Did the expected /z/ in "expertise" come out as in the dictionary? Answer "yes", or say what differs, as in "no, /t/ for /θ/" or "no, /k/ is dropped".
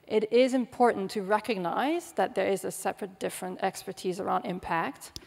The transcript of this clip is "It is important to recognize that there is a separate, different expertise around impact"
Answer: yes